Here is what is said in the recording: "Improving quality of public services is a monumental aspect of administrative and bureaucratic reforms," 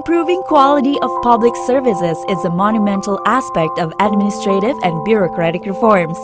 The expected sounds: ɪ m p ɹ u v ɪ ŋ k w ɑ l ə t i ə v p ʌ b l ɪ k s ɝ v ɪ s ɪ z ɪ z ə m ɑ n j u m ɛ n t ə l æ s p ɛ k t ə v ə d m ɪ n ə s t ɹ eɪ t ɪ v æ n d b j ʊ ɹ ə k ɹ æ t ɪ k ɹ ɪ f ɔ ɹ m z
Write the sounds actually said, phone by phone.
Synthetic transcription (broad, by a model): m p ɹ u v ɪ ŋ k w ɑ l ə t i ə v p ʌ b l ɪ k s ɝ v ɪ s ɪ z ɪ z ə m ɑ n j u m ɛ n t ə l æ s p ɛ k t ə v ə d m ɪ n ə s t ɹ eɪ t ɪ v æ n d b j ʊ ɹ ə k ɹ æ t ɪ k ɹ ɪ f ɔ ɹ m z